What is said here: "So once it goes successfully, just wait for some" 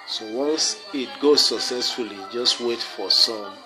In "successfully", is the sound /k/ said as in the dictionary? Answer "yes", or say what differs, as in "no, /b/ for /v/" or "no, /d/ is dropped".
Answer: yes